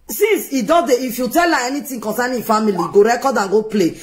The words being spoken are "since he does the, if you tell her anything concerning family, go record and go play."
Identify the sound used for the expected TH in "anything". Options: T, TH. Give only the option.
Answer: T